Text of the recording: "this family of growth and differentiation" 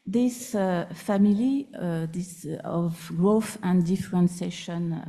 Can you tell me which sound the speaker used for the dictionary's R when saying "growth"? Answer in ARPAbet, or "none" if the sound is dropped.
R